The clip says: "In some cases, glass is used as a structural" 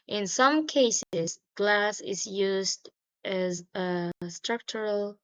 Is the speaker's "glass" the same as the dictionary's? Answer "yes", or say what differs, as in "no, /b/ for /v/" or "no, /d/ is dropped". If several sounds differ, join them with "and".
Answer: yes